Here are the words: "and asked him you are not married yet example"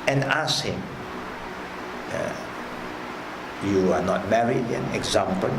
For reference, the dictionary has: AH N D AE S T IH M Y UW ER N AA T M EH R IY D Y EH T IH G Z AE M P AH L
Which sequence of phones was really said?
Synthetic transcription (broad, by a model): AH N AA S IH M Y UW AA N AA T M EH R IY D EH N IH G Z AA M P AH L